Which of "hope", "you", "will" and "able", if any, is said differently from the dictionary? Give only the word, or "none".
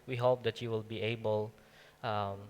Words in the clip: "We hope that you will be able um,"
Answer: none